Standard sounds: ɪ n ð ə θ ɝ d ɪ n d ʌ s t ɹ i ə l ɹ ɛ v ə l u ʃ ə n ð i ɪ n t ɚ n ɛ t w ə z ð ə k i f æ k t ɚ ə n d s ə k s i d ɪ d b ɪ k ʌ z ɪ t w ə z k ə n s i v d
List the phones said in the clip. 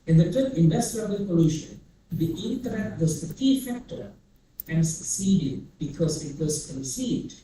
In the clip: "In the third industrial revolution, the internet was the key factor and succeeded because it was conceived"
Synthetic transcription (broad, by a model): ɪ n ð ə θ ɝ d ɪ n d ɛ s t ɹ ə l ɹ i p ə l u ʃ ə n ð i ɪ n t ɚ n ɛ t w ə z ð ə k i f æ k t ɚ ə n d s ə k s i d ɪ d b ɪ k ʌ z ɪ t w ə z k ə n s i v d